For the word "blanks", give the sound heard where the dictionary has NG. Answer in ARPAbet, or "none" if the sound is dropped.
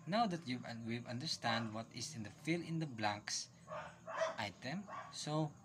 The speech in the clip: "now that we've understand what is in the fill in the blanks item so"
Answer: none